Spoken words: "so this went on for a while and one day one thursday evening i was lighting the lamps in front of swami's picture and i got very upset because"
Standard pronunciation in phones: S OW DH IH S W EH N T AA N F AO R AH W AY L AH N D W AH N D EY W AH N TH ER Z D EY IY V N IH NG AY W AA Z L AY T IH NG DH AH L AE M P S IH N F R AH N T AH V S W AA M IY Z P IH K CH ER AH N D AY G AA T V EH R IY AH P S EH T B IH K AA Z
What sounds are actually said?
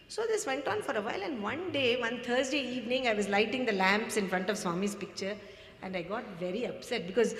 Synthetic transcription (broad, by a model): S OW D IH S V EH N T AA N F AO R AH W AY L AH N D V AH N D EY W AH N T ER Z D EY IY V N IH NG AY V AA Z L AY T IH NG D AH L AE M P S IH N F R AH N T AH V S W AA M IY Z P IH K CH ER AH N D AY G AA T V EH R IY AH P S EH T B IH K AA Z